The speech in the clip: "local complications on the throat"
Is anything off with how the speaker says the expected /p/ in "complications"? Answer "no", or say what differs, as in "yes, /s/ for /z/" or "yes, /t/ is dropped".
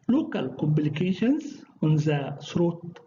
yes, /b/ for /p/